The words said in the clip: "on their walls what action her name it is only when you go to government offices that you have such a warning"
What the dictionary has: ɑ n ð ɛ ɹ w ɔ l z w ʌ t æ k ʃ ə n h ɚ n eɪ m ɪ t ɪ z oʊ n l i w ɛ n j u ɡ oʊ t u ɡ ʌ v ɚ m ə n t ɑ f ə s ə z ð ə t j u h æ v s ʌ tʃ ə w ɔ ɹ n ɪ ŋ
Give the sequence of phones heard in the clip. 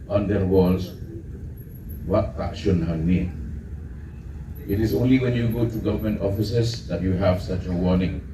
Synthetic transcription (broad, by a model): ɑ n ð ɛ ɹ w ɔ l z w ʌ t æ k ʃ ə n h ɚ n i ɪ t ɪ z oʊ n l i w ɛ n j u ɡ oʊ t u ɡ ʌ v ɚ m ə n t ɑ f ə s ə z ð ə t j u h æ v s ʌ tʃ ə w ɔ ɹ n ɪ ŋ